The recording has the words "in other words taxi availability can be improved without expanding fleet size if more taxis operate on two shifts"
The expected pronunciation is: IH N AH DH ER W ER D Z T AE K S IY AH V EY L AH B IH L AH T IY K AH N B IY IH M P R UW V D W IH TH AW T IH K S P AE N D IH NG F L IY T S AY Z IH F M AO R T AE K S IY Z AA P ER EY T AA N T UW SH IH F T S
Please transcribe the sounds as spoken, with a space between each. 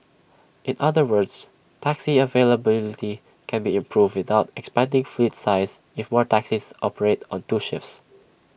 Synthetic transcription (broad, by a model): IH N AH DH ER W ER D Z T AE K S IY AH V EY L AH B IH L AH T IY K AH N B IY IH M P R UW V D W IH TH AW T IH K S P AE N D IH NG F L IY T S AY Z IH F M AO R T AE K S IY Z AA P ER EY T AA N T UW SH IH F S